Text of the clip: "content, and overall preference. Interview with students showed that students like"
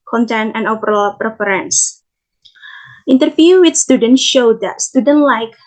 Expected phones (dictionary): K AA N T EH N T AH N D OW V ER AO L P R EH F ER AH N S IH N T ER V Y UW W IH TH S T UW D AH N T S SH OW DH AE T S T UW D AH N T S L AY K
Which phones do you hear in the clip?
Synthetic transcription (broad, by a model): K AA N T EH N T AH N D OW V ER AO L P R EH F ER AH N S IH N T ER F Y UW W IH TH S T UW D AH N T SH OW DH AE T S T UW D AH N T L AY K